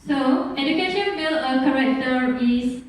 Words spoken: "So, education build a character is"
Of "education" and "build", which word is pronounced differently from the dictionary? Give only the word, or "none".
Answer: build